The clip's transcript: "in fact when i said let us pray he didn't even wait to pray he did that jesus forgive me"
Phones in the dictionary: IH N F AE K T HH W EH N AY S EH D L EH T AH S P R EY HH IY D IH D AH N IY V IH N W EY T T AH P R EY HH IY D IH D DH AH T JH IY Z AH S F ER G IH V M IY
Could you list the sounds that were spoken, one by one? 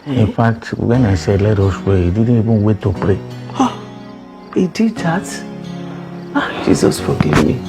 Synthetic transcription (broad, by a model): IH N F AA K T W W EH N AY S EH L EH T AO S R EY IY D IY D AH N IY B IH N W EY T T AH P R EY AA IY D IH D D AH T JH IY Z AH S F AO G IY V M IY